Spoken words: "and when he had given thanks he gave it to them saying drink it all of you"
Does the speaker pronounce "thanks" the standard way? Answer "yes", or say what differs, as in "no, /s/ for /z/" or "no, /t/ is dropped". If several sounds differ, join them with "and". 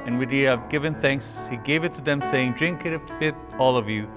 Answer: yes